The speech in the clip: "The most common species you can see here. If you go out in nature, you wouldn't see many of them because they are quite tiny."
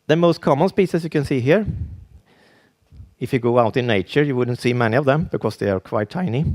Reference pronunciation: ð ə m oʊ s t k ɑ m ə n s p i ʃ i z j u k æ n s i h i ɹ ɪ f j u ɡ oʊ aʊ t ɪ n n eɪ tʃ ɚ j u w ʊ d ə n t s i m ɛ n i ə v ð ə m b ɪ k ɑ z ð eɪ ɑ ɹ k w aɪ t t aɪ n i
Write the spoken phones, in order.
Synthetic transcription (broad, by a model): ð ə m oʊ s t k ɑ m ə n s p i s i s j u k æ n s i h i ɹ ɪ f j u ɡ oʊ aʊ t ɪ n n eɪ tʃ ɚ j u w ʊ d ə n t s i m ɛ n i ə v ð ə m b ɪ k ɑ s ð eɪ ɑ ɹ k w aɪ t t aɪ n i